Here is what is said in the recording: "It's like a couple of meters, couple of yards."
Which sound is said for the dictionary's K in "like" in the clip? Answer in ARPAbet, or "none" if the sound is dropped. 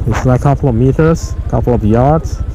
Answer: none